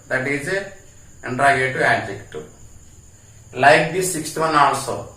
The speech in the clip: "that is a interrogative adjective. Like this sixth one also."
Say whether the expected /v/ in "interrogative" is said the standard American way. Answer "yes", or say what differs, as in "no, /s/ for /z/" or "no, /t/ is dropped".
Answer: no, /v/ is dropped